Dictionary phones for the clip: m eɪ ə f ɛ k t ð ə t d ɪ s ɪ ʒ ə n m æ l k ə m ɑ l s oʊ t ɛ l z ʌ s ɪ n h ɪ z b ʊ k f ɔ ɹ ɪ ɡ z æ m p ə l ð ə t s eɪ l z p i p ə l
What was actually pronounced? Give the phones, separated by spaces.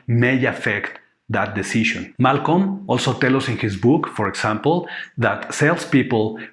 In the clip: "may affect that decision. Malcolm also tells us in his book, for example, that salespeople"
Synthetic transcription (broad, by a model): m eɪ ə f ɛ k t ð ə t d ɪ s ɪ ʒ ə n m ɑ l k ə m ɑ l s oʊ t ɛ l ʌ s ɪ n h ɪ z b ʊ k f ɔ ɹ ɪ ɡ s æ m p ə l ð ə t s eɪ l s p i p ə l